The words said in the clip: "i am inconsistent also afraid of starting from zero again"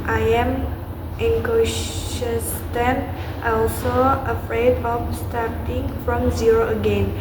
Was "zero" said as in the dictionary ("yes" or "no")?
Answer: yes